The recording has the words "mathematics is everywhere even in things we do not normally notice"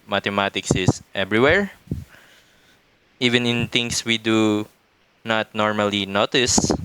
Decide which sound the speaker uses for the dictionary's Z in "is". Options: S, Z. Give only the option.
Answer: S